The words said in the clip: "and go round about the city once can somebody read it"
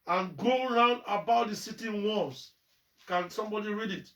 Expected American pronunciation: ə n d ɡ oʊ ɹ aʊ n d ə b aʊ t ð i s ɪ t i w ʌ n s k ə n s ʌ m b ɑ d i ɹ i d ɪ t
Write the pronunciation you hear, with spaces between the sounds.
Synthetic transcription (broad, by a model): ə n ɡ oʊ ɹ aʊ n d ə b aʊ t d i s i t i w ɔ s k ə n s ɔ m b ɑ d i ɹ i d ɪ t